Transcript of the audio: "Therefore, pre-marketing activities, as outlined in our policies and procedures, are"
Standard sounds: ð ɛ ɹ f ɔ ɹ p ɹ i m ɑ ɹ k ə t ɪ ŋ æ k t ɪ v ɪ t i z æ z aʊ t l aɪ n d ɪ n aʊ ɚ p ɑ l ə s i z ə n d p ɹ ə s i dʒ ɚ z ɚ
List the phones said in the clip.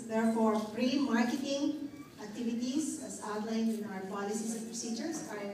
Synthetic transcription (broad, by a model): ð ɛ ɹ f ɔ ɹ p ɹ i m ɑ ɹ k ə t ɪ ŋ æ k t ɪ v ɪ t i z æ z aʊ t l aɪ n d ɪ n aʊ ɚ p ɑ l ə s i s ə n p ɹ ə s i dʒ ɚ s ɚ